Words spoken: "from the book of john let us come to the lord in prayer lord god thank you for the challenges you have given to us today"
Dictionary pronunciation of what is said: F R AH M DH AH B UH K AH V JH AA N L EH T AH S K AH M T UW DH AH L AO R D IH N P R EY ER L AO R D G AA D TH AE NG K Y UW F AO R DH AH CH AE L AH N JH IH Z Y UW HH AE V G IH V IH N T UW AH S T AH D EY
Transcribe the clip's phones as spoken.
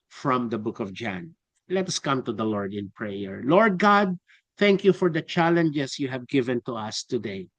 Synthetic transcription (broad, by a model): F R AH M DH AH B UH K AH V JH AA N L EH T AH S K AH M T UW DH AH L AO R D IH N P R EY ER L AO R D G AA D TH AE NG K Y UW F AO R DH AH CH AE L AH N JH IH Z Y UW HH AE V G IH V IH N T UW AH S T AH D EY